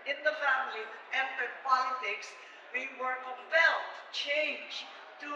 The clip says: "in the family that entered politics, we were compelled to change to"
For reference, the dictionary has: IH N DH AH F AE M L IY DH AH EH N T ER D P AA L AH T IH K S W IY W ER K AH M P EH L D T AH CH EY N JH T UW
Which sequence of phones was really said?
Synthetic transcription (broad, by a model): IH N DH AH F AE M IY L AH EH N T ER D P AA L AH T IH K S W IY W ER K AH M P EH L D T CH EY N JH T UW